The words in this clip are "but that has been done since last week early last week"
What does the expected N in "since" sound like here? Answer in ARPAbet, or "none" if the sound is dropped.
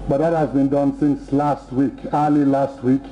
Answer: N